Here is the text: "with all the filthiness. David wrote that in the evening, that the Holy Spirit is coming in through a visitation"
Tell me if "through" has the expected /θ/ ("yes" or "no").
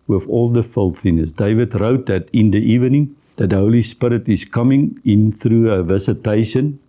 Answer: yes